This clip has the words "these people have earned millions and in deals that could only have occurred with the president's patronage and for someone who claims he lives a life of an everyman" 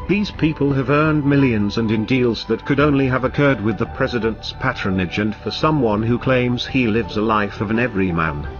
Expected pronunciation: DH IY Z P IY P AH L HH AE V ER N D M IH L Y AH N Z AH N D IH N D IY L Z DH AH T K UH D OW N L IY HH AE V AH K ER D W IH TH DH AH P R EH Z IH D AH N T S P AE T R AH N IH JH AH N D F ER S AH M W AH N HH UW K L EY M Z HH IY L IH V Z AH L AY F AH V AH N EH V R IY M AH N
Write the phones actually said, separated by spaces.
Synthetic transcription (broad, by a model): DH IY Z P IY P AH L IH V ER N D M IH L Y AH N Z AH N IH N D IY L Z DH AH T K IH D OW N L IY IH V AH K ER D W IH DH AH P R EH Z IH D AH N T S P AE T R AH N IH JH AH N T F ER S AH M W AH N HH UW K L EY M Z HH IY L IH V Z AH L AY F AH V AH N EH V R IY M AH N